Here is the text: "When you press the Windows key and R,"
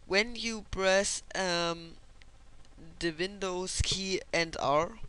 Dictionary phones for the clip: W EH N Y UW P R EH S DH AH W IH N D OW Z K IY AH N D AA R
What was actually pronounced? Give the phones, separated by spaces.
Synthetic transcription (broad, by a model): W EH N Y UW B R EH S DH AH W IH N D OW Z K IY AH N D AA R